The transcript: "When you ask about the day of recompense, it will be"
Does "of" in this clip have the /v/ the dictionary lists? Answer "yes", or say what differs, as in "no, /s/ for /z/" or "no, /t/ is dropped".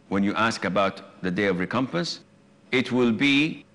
yes